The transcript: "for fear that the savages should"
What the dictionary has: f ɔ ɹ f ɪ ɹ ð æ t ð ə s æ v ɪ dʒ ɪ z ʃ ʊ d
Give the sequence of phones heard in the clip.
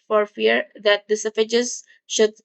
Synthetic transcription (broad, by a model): f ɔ ɹ f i ɹ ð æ t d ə s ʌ f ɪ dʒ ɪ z ʃ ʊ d